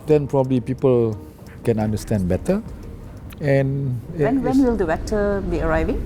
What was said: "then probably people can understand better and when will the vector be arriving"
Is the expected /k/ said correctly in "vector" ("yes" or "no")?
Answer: no